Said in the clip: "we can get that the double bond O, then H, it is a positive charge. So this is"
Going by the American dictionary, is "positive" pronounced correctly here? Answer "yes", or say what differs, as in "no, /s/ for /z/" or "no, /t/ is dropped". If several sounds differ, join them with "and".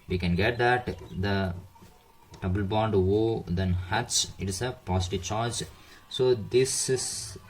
no, /s/ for /z/